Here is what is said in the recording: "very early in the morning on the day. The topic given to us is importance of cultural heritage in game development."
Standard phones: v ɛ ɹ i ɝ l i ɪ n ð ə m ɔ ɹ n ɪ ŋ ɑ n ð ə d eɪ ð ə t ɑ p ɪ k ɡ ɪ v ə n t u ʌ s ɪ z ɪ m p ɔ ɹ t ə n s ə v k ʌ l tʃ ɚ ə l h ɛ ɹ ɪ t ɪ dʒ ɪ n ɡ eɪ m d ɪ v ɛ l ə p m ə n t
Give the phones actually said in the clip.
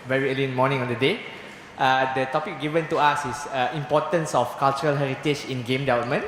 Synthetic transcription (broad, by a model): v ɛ ɹ i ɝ l i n m ɔ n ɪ ŋ ɑ n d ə d eɪ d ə t ɑ p ɪ k ɡ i v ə n t u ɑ s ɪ s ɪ m p ɔ t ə n s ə f k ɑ l tʃ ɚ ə l h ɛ ɹ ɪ t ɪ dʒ ɪ n ɡ eɪ m d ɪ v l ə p m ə n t